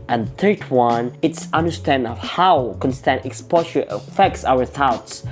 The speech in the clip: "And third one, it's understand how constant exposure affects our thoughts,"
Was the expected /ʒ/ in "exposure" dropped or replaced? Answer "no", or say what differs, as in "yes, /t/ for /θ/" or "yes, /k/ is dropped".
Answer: yes, /ʃ/ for /ʒ/